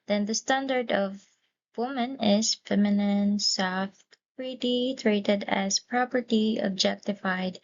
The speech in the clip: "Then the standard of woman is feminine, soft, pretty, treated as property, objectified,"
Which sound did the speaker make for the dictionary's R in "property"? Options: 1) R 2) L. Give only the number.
1